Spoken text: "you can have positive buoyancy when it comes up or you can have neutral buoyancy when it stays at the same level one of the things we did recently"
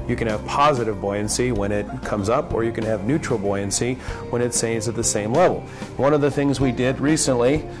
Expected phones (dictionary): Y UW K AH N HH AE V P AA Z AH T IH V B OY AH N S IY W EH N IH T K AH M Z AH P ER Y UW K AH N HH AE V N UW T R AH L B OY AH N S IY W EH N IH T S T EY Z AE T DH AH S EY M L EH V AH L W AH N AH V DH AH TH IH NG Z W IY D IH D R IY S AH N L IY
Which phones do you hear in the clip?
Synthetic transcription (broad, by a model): Y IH K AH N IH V P AA Z AH T IH V B OY AH N S IY W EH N IH T K AH M Z AH P ER Y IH K AH N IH V N UW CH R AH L B OY AH N S IY W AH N IH T S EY Z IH T DH AH S EY M L EH V L W AH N AH V DH AH TH IH NG Z W IY D IH D R IY S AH N L IY